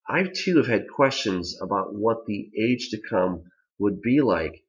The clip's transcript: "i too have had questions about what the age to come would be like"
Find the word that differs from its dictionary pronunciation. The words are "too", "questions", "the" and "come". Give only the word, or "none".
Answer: none